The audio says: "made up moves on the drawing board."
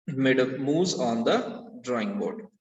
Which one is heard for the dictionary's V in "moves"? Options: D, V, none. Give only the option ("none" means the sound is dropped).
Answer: none